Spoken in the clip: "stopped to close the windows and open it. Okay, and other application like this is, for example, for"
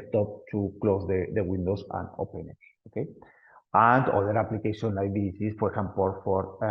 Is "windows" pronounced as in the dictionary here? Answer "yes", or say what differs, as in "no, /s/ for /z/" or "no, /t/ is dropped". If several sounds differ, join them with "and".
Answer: no, /s/ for /z/